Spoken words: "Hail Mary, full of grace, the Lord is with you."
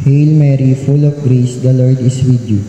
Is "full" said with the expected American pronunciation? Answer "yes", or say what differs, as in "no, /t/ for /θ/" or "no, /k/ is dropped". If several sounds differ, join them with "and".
yes